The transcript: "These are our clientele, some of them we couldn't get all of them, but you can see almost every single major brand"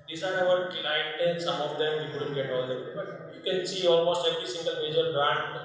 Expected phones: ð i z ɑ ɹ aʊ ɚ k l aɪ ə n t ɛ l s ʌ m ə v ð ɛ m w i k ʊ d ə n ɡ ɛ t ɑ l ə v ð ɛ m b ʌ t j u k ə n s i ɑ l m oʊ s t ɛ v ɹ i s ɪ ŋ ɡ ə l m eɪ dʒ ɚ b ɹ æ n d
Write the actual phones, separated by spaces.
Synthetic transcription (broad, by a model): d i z ɑ ɹ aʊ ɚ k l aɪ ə t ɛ n s ʌ m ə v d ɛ m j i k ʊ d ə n ɡ ɛ t ɑ l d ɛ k b ʌ t j u k ə n s i ɑ l m oʊ s t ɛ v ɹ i s ɪ ŋ ɡ ə l m eɪ dʒ ɚ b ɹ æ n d